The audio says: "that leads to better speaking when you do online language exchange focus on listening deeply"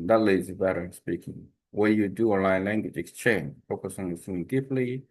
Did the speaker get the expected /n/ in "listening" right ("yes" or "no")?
no